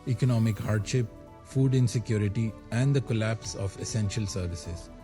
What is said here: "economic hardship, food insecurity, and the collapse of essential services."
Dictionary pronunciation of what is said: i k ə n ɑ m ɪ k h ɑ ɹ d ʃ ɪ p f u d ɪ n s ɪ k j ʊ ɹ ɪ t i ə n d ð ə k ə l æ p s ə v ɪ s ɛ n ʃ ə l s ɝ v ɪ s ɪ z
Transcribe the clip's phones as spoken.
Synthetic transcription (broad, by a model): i k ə n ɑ m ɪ k h ɑ ɹ d ʃ ɪ p f u d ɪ n s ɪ k j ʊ ɹ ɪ t i ə n d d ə k ə l æ p s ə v ɪ s ɛ n ʃ ə l s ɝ v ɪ s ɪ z